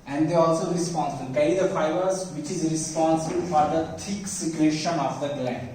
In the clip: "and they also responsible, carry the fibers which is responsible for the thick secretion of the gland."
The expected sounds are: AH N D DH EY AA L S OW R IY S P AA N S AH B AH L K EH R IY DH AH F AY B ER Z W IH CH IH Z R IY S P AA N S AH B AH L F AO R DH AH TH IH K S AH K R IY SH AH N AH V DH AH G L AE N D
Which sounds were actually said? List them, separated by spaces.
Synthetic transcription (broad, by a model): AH N D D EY AA L S OW R IY S P AA N S AH B AH L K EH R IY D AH F AY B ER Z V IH CH IH Z R IY S P AA N S AH B AH L F AO R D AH T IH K S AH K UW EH SH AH N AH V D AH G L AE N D